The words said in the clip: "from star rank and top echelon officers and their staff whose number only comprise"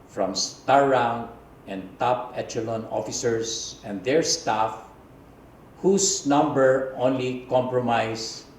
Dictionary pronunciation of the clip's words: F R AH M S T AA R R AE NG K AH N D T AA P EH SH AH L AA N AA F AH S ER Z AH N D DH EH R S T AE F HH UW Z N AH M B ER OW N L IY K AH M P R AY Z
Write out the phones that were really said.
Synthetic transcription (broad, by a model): F R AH M S T AA R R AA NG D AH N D T AA P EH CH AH L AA N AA F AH S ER S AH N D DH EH R S T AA F HH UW S N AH M B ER OW N L IY K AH M P R AY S